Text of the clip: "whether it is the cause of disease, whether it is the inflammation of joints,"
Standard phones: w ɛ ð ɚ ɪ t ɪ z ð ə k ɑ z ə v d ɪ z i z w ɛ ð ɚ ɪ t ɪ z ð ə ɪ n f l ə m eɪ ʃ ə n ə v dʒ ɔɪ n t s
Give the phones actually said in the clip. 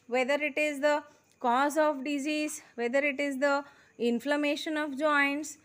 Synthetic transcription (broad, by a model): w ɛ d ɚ ɪ t ɪ z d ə k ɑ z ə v d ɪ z i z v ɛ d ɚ ɪ t ɪ z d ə ɪ n f l ə m eɪ ʃ ə n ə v dʒ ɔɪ n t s